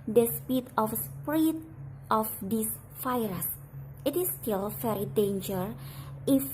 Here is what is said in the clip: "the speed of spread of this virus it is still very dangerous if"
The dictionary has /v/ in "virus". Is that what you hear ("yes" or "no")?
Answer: no